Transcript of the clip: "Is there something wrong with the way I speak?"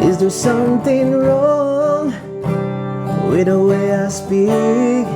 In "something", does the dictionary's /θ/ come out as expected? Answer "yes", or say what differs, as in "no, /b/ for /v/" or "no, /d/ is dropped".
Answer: yes